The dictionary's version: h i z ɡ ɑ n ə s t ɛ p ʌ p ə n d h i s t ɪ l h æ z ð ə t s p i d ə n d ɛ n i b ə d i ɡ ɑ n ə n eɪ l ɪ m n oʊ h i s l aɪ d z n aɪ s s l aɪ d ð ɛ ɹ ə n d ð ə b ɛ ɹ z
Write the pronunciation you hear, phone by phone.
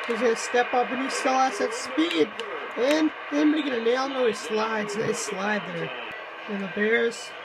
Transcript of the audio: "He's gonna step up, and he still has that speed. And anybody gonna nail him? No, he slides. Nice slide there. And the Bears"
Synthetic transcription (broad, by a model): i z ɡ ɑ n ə s t ɛ p ʌ p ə n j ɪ s t ɪ l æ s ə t s p i d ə n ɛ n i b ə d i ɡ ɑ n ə n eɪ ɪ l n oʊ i s l aɪ d z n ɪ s s l aɪ d ð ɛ ɹ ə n ð ə b ɛ ɹ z